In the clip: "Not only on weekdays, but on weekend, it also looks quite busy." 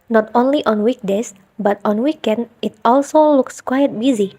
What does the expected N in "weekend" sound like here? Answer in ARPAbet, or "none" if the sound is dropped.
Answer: N